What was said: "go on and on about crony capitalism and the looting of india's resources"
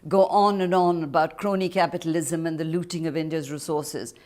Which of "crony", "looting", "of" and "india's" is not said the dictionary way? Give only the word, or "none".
none